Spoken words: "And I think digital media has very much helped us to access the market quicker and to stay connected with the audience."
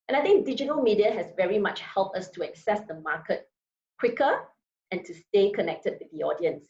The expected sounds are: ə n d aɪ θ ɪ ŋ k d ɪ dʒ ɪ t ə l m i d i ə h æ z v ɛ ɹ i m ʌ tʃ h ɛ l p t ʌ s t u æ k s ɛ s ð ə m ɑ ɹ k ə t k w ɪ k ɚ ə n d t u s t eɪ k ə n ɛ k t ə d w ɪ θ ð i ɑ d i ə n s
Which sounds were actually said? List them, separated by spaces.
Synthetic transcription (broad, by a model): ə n aɪ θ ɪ ŋ k d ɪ dʒ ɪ t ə l m i d i ə h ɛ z v ɛ ɹ i m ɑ tʃ h ɛ l p t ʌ s t u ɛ k s ɛ s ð ə m ɑ k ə t k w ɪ k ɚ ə n t u s t eɪ k ə n ɛ k t ə d w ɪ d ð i ɑ d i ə n s